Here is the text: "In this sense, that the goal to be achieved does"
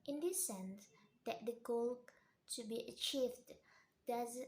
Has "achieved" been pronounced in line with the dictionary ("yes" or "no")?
yes